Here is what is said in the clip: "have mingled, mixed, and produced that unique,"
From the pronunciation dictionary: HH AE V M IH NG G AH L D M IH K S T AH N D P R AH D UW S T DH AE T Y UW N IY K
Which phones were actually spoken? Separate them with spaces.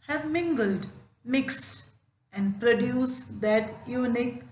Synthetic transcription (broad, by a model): HH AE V M IH NG G AH L D M IH K S T AH N D P R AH D UW S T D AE T Y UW N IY K